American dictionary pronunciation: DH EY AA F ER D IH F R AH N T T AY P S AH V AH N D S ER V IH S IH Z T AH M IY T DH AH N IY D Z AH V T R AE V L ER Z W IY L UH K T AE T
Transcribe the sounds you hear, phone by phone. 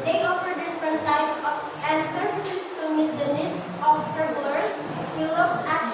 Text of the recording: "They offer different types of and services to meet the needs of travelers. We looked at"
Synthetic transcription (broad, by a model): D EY AA F ER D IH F R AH N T T AY P S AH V AH N D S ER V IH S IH S T AH M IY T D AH N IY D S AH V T R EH B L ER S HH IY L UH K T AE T